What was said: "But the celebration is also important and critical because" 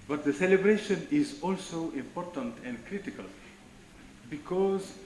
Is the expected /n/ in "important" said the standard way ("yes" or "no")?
yes